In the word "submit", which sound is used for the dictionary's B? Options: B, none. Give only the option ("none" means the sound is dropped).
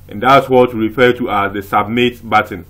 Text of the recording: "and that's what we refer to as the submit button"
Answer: B